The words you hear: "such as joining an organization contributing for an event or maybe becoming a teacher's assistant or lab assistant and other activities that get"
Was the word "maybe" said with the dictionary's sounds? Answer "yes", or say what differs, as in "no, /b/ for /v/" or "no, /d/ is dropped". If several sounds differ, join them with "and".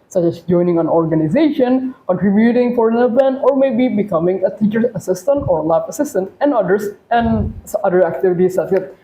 yes